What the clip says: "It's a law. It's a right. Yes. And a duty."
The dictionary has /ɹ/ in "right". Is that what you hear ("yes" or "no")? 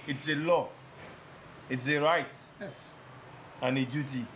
yes